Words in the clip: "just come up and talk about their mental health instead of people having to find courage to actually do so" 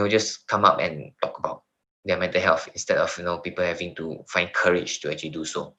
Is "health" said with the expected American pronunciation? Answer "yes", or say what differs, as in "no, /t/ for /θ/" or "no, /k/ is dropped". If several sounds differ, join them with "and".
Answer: no, /f/ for /θ/